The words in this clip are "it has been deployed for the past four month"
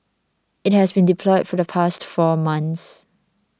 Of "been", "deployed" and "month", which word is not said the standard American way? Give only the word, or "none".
month